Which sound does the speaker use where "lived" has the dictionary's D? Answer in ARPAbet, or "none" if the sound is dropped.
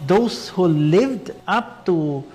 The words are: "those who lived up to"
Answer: D